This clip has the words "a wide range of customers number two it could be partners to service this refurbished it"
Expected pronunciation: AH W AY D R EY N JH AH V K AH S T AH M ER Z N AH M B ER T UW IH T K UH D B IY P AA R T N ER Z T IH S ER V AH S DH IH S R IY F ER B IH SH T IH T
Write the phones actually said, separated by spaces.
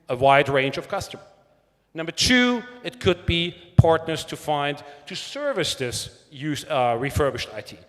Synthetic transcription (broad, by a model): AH W AY D R EY N JH AH V K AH S T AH M ER N AH M B ER T UW IH T K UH D B IY P AA R T N ER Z T IH S ER V AH S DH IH S R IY F ER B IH SH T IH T